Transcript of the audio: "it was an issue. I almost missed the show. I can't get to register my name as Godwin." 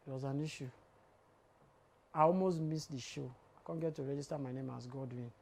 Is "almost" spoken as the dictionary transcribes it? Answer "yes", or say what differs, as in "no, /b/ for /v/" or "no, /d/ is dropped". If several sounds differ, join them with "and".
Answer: yes